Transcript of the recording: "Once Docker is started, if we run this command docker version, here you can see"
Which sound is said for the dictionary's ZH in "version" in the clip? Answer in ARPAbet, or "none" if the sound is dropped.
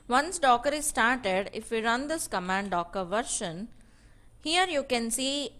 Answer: SH